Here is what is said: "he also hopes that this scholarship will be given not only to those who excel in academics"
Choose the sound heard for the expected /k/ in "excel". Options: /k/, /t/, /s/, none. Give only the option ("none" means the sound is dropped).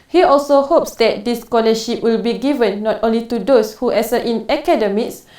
none